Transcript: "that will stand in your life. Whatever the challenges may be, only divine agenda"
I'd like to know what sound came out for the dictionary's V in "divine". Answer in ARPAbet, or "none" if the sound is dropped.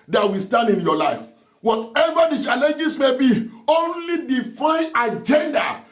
F